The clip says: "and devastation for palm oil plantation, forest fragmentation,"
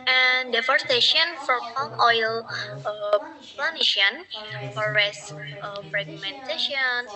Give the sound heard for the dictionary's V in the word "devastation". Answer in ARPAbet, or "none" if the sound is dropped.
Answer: F